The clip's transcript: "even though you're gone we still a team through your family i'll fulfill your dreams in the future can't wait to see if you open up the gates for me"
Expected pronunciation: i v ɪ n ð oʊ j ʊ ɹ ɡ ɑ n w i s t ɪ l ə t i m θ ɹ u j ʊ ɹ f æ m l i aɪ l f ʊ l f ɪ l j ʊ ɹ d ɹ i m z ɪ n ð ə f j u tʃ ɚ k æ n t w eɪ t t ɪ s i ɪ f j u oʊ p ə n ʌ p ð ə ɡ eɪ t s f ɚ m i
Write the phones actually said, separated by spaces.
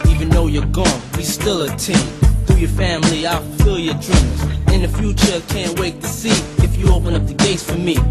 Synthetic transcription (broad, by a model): i v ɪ n ð oʊ j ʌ ɹ ɡ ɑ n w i s t ɪ l ə t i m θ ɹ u j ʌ ɹ f æ m l i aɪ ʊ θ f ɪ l j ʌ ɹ d ɹ i m z ɪ n ð ə f j u tʃ ɚ k æ n t w eɪ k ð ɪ s i ɪ f j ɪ oʊ p ə n ʌ p ð ə ɡ eɪ t s f ɚ m i